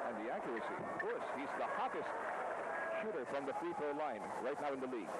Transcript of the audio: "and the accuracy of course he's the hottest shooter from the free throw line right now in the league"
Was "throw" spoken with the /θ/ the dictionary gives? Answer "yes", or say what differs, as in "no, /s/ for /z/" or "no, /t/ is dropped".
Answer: no, /f/ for /θ/